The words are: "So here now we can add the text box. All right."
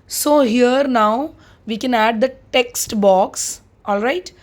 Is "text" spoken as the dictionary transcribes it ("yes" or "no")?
yes